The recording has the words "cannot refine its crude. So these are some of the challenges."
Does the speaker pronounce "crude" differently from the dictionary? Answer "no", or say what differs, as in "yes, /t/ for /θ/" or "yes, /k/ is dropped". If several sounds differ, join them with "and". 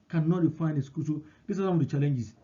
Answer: yes, /ɹ/ is dropped